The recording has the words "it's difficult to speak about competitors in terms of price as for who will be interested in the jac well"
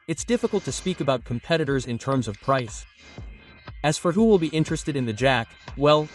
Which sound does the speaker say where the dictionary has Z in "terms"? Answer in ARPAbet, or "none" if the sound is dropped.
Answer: Z